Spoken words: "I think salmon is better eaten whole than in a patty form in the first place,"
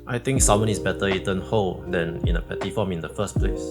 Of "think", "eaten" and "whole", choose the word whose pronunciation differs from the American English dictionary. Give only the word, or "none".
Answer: think